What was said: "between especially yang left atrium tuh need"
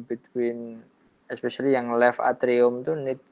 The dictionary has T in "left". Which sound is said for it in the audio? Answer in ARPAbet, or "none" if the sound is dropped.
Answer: none